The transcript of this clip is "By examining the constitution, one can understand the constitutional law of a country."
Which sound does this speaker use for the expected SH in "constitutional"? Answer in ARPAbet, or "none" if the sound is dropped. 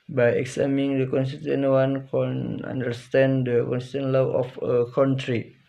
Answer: none